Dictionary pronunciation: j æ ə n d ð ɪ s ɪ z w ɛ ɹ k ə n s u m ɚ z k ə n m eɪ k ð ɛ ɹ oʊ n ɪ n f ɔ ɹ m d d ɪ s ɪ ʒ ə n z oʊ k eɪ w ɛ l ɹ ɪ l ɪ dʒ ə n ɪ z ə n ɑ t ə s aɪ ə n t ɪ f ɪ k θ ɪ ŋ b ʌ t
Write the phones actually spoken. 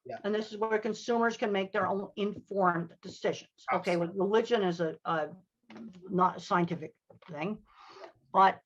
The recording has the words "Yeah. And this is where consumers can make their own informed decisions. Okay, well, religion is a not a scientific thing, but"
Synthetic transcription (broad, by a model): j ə n ð ɪ s ɪ z w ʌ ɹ k ə n s u m ɚ z k ə n m eɪ k ð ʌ ɹ oʊ n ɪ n f ɔ ɹ m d d ɪ s ɪ ʒ ə n z oʊ k eɪ w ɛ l ɹ ɪ l ɪ dʒ ə n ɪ z ə n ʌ t ə s aɪ ə n t ɪ f ɪ k θ ɪ ŋ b ʌ t